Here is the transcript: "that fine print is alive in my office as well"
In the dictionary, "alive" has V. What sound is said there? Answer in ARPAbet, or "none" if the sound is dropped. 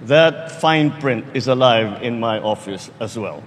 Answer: V